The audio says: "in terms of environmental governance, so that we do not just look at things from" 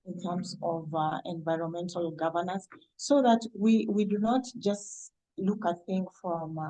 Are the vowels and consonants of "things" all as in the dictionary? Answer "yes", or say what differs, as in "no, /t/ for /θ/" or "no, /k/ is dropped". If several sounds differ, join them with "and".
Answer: no, /z/ is dropped